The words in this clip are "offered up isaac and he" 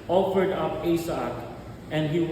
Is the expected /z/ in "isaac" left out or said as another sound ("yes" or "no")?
yes